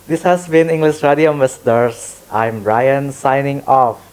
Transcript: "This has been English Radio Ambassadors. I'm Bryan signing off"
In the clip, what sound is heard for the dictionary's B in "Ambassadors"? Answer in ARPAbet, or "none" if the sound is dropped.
none